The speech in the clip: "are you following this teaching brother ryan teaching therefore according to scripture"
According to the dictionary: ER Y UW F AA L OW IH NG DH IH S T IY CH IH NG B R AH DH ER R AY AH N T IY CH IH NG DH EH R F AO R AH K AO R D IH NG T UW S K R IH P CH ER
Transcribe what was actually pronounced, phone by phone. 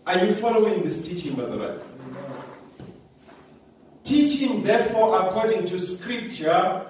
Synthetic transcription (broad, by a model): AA Y UW F AA L OW IH NG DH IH S T IY CH IH NG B AH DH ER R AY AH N T IY CH IH NG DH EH F AO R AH K AO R D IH NG T UW S K R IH P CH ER